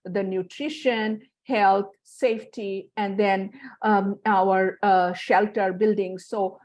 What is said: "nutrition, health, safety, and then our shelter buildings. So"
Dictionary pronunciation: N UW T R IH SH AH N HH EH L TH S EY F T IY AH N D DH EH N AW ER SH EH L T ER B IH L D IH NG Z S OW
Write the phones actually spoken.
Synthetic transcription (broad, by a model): N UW T R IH SH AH N HH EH L T S EY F T IY AH N D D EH N AW ER SH EH L T ER B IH L D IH NG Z S OW